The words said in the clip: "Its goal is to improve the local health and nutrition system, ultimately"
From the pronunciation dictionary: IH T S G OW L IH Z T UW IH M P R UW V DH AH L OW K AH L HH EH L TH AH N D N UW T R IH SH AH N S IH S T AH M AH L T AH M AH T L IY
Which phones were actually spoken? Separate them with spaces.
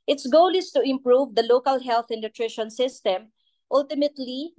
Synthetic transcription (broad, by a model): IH T S G OW L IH S T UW IH M P R UW V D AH L OW K AH L HH EH L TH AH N N UW T R IH SH AH N S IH S T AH M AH L T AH M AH T L IY